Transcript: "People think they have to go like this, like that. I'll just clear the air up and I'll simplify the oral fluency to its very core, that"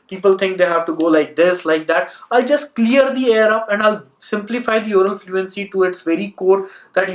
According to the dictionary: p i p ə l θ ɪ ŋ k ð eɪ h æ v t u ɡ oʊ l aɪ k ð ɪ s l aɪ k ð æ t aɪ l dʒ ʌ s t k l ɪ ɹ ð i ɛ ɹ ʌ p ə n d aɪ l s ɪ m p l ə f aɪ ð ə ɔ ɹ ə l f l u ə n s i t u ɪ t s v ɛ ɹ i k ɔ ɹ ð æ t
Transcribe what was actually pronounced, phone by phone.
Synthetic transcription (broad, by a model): p i p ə l t ɪ ŋ k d eɪ h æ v t u ɡ oʊ l aɪ k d ɪ s l aɪ k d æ t aɪ l dʒ ʌ s t k l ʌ ɹ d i ɛ ɹ ʌ p ə n d aɪ l s ɪ m p l ə f aɪ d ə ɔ ɹ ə n f l u ə n s i t u ɪ t s v ɛ ɹ i k ɔ ɹ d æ t